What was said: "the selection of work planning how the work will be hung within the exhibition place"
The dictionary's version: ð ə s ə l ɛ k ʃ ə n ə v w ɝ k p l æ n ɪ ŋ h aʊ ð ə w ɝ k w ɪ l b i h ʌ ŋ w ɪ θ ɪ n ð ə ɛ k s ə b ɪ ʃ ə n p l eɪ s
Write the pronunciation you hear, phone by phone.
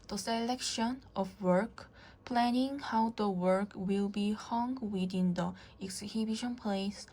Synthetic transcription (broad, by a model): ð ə s ə l ɛ k ʃ ə n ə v w ɝ k p l æ n ɪ ŋ h aʊ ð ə w ɝ k w ɪ l b i h ʌ ŋ w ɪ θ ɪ n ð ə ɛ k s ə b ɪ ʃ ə n p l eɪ s